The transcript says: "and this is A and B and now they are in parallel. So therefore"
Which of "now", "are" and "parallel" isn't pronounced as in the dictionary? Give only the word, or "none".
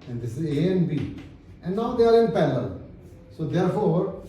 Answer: parallel